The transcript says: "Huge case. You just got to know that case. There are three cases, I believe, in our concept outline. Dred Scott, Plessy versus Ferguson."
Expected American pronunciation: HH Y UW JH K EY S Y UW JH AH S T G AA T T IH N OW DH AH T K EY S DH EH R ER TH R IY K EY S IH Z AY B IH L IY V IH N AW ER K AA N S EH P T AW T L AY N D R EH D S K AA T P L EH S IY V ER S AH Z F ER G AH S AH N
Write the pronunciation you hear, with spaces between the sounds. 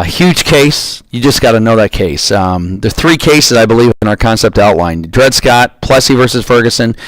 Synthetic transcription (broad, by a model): HH Y UW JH K EY S Y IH JH AH S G AA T T IH N OW DH AH T K EY S DH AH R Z TH R IY K EY S IH Z AY B IH L IY V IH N AW ER K AA N S EH P T AW T L AY N D R EH D S K AA T P L EH S IY V ER S AH Z F ER G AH S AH N